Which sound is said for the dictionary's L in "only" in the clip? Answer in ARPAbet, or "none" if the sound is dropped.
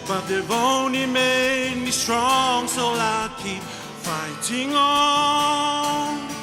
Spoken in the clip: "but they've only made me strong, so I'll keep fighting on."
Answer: none